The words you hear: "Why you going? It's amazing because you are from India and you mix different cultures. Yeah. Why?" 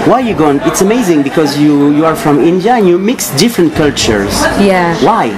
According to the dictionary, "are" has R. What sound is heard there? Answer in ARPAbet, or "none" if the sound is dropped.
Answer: R